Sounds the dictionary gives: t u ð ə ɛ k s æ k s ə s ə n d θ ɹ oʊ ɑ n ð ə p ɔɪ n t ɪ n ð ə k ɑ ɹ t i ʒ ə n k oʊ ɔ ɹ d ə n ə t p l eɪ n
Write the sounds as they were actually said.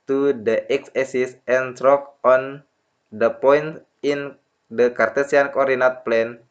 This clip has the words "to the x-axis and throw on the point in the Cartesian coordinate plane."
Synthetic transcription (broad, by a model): t u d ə ɛ k s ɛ s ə s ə n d ɹ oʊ ɑ n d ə p ɔɪ n t ɪ n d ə k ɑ ɹ t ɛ s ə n k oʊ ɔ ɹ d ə n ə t p l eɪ n